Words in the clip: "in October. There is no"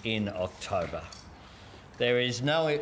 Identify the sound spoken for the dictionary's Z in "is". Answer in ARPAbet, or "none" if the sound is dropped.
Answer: Z